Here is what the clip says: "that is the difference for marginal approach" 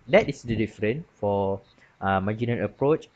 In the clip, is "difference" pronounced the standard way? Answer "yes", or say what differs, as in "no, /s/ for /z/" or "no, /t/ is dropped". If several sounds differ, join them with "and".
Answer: no, /s/ is dropped